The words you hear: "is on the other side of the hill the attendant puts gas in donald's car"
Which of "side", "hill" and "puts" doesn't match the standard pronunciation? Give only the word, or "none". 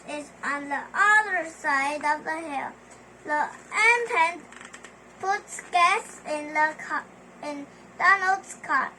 none